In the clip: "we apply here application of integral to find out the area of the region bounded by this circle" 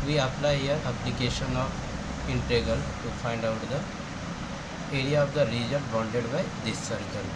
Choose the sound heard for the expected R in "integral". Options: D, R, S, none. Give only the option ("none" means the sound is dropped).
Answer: none